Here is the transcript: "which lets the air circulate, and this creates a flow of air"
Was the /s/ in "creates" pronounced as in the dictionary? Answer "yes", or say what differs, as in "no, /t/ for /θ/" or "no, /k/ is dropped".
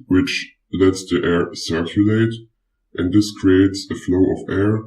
yes